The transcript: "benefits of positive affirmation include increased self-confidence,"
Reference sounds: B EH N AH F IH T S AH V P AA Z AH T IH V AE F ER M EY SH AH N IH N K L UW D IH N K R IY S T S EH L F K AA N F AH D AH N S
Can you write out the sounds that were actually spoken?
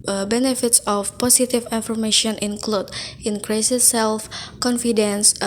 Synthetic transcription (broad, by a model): B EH N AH F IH T S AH F P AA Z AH T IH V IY F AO M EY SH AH N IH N K L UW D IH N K R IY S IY S EH L F K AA N F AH D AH N S